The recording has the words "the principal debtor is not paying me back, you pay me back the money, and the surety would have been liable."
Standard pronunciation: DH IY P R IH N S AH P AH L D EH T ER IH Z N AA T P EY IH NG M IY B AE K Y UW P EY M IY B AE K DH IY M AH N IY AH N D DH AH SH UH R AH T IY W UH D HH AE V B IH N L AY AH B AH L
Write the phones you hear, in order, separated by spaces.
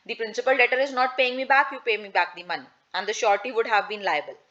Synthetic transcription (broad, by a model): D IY P R IH N S AH P AH L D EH T ER IH Z N AA T P EY IH NG M IY B AE K Y UW P EY M IY B AE K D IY M AH N IY AH N D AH SH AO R T IY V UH D HH AE V B IH N L AY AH B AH L